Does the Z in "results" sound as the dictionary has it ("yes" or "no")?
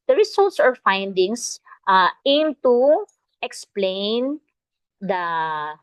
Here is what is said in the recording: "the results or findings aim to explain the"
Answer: no